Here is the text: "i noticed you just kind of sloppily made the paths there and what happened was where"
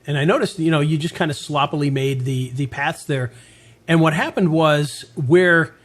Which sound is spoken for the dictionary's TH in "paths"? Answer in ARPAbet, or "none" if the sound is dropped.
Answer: TH